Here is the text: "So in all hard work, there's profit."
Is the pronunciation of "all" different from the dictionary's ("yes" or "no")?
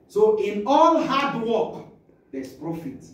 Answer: yes